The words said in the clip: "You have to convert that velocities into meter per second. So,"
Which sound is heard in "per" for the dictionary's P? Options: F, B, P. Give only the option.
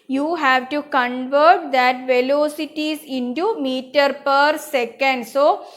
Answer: P